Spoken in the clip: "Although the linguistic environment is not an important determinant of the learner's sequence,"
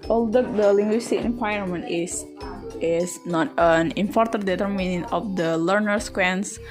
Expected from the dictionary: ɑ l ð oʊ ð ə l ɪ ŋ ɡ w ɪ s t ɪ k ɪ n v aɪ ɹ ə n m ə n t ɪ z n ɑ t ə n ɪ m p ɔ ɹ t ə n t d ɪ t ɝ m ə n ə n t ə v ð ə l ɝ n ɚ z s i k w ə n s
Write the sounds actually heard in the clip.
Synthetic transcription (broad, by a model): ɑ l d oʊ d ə l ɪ ŋ ɡ w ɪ s t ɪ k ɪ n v aɪ ə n m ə n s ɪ s n ɑ t ə n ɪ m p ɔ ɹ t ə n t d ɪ t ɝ m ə n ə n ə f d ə l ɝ n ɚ s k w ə n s